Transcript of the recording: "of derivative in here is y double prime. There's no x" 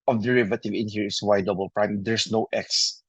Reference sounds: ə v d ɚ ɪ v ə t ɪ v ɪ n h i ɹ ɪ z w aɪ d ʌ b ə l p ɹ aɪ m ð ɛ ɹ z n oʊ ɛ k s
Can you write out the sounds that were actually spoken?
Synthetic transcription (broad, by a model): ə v d ɚ ɪ v ə t ɪ v ɪ n h i ɹ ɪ s w aɪ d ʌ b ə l p ɹ aɪ m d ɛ ɹ s n oʊ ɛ k s